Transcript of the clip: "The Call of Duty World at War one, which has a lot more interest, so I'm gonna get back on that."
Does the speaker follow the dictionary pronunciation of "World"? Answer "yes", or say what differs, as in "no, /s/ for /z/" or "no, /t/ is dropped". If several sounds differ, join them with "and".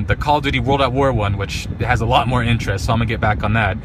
yes